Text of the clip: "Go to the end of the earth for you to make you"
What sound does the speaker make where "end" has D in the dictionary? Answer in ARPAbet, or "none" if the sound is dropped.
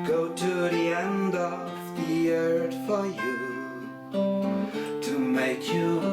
D